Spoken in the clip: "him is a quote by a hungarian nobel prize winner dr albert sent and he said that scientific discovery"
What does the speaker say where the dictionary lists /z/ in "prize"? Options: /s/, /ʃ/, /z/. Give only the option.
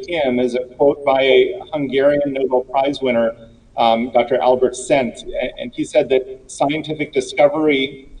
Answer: /z/